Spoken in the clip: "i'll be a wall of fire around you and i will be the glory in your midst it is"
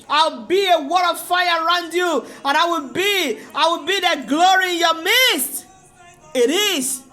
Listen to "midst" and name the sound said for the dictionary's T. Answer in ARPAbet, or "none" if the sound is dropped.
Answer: T